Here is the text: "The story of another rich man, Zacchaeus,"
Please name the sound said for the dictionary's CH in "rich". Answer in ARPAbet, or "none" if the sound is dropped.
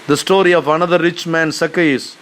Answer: CH